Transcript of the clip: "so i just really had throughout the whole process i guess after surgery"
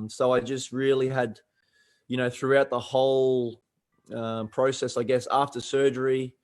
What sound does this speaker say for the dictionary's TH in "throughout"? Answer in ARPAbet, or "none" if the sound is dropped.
TH